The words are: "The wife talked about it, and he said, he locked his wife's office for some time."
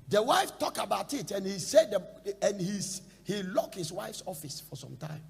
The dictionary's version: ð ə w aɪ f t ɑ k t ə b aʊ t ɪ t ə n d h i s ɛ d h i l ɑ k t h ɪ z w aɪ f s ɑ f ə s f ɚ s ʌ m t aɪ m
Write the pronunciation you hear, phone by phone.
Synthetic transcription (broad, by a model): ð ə w aɪ f t ɑ k ə b aʊ t ɪ t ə n h i s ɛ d h i l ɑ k h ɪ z w aɪ f s ɑ f ə s f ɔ s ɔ m t aɪ m